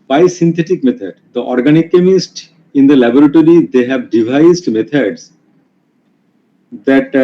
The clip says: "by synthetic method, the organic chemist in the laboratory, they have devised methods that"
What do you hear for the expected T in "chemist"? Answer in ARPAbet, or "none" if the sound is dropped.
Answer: T